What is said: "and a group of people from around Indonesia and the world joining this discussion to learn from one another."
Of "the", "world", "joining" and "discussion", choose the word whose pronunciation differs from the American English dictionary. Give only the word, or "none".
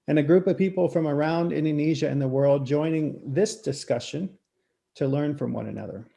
none